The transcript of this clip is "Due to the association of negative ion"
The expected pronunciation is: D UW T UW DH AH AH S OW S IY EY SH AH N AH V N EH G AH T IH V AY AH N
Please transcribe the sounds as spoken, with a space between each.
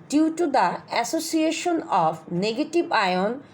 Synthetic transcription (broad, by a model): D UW T UW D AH AH S OW S IY EY SH AH N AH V N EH G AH T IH B AY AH N